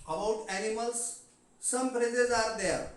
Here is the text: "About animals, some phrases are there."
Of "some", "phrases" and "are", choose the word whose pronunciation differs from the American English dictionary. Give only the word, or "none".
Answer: phrases